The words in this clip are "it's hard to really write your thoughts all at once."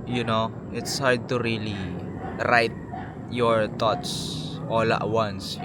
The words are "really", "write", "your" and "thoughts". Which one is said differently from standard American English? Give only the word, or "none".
thoughts